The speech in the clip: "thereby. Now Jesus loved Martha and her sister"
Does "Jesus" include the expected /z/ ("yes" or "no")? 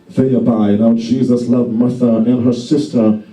yes